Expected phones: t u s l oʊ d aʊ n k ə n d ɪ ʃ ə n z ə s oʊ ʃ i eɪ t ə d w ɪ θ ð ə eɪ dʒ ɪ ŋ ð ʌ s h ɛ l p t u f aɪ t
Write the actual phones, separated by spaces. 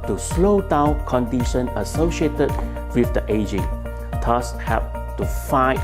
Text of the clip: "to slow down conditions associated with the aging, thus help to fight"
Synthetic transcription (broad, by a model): t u s l oʊ d aʊ n k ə n d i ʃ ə n ə s oʊ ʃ i eɪ t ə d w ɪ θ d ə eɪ dʒ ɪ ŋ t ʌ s h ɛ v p t u f aɪ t